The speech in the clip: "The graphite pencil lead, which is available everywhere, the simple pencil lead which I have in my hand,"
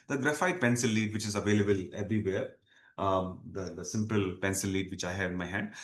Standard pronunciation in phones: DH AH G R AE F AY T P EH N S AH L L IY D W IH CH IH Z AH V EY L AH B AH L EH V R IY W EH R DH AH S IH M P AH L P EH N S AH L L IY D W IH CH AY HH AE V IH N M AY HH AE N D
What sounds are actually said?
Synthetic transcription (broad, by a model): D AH G R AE F AY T P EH N S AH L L IY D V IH CH IH Z AH V EY L AH B AH L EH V R IY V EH R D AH S IH M P AH L P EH N S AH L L IY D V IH CH AY HH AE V IH N M AY HH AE N D